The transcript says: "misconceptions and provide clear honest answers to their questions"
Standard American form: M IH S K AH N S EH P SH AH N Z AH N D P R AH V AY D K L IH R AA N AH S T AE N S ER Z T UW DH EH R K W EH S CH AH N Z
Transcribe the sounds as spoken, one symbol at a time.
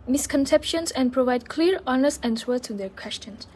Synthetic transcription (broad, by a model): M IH S K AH N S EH P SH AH N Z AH N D P R AH V AY D K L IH R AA N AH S AE N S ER T UW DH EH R K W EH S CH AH N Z